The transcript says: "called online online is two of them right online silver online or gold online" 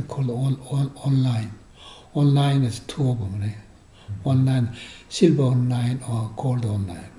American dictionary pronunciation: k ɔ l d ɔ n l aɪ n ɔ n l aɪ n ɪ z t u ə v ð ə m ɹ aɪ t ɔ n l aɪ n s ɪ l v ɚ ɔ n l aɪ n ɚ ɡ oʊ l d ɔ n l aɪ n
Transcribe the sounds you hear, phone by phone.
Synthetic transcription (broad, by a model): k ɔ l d ɔ n l aɪ n ɔ n l aɪ n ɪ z t u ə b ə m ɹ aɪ ɔ n l aɪ n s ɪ l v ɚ ɔ n l aɪ n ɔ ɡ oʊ l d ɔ n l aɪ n